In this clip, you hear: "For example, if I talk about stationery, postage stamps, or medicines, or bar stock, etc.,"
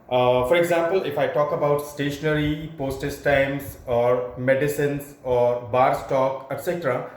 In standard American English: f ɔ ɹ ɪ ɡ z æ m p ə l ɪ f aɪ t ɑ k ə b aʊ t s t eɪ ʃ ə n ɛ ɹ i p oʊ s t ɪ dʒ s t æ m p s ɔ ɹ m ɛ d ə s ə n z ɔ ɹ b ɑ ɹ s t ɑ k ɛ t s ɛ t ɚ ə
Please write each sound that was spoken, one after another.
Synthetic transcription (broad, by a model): f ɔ ɹ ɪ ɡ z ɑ m p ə l ɪ f aɪ t ɑ k ə b aʊ t s t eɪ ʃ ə n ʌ ɹ i p oʊ s t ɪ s t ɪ m s ɔ ɹ m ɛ d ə s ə n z ɔ ɹ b ɑ ɹ s t ɑ k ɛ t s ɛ t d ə